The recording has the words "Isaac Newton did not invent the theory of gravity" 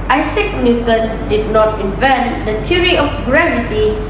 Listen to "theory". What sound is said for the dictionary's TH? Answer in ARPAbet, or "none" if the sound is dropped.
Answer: T